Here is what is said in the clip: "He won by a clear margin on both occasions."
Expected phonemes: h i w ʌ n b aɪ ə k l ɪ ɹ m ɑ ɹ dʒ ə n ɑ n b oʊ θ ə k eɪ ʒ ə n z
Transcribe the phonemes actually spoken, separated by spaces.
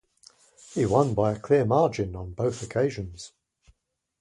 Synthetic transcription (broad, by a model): h i w ʌ n b aɪ ə k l ɪ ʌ m ɑ dʒ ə n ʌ n b oʊ θ ə k eɪ ʒ ə n z